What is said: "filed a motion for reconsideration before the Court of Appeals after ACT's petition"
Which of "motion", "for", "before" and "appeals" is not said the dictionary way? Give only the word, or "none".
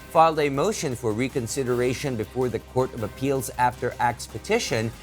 none